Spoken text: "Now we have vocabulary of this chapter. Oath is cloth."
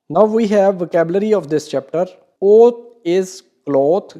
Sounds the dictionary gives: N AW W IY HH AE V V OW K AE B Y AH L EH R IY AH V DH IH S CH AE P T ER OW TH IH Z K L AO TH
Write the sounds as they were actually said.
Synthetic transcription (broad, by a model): N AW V IY HH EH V V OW K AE B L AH R IY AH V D IH S CH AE P T ER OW T IH Z K L AO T